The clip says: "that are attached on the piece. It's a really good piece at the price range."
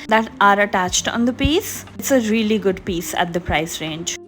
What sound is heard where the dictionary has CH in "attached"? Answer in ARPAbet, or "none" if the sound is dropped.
CH